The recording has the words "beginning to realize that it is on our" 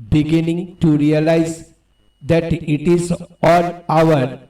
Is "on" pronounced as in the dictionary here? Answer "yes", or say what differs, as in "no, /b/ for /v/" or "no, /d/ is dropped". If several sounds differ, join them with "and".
no, /l/ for /n/